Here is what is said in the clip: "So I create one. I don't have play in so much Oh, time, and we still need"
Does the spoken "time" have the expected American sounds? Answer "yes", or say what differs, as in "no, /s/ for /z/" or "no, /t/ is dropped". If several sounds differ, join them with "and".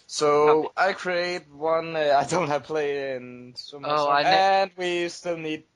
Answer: no, /m/ is dropped